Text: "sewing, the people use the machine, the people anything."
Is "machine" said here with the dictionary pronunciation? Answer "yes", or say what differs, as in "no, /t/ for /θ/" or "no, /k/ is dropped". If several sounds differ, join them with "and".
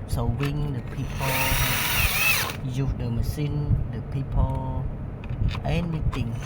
no, /s/ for /ʃ/